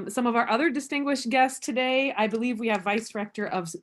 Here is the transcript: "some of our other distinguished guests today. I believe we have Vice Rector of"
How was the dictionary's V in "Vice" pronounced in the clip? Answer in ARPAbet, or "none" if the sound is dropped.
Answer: V